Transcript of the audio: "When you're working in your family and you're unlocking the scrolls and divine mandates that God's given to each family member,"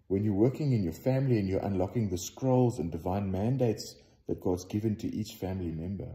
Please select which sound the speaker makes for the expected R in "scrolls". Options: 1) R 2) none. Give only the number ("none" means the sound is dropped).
1